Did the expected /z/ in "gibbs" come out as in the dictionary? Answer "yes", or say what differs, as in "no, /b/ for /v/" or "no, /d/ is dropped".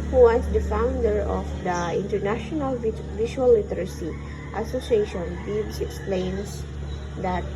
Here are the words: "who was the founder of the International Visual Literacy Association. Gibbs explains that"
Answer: no, /s/ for /z/